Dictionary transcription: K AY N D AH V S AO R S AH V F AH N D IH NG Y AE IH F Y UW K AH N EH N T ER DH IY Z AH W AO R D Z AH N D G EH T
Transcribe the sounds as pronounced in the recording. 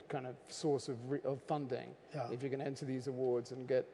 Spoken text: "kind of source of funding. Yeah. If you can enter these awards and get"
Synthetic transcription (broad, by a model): K AY N D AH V S AO R S AH V F AH N D IH NG Y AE IH F Y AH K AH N EH N T ER DH IY Z AH W AO R D Z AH N G EH T